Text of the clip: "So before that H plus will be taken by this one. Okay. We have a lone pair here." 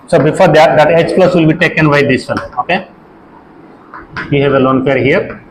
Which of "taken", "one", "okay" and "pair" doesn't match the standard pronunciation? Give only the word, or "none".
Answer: one